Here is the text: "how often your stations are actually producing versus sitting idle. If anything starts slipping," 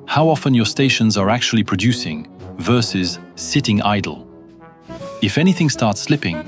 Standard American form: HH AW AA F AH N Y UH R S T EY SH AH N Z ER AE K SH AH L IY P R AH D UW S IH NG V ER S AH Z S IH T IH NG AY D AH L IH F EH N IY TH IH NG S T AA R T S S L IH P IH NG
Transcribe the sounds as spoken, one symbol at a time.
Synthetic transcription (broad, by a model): HH AW AA F AH N Y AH R S T EY SH AH N Z ER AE K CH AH L IY P R AH D UW S IH NG V ER S AH Z S IH T IH NG AY D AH L IH F EH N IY TH IH NG S T AA R T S S L IH P IH NG